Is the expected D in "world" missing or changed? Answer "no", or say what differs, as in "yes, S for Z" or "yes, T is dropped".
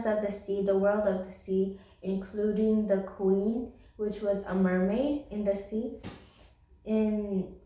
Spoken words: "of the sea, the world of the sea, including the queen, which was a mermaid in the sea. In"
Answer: no